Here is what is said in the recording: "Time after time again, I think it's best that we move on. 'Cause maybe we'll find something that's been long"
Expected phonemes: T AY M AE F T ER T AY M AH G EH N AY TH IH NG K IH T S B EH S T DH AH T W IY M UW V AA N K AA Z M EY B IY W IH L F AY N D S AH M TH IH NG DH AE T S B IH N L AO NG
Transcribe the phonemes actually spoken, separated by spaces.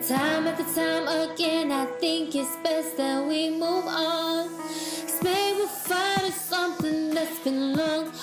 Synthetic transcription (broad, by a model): T AY M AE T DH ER T AY M AH G EH N AY TH IH NG K IH T S B EH S T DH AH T W IY M UW V AA N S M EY IY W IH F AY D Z S AH M TH IH NG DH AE T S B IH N L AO NG